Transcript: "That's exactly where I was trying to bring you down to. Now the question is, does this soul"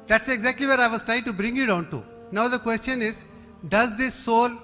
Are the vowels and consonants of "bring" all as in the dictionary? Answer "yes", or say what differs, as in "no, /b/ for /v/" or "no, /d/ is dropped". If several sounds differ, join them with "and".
yes